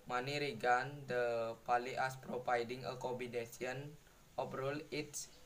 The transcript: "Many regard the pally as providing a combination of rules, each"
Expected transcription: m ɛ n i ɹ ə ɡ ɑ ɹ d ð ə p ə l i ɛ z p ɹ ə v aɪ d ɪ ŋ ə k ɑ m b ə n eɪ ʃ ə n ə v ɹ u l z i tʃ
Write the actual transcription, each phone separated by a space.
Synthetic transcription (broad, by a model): m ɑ n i ɹ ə ɡ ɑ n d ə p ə l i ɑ s p ɹ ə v aɪ d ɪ ŋ ə k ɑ b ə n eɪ s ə n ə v ɹ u l i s